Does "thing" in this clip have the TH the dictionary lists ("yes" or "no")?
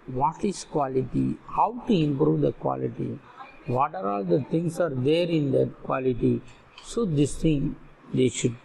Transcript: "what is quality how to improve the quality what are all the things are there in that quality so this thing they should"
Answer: no